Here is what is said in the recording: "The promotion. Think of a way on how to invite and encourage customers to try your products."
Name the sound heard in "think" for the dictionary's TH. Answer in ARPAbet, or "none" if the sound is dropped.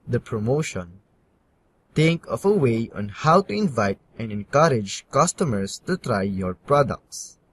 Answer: T